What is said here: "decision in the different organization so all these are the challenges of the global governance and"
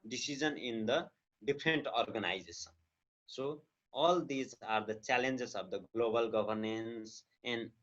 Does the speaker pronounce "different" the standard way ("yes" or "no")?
no